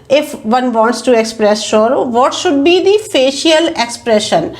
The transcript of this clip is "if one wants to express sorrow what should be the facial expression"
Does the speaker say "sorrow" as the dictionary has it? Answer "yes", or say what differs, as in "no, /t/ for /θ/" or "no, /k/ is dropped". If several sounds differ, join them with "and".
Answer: no, /ʃ/ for /s/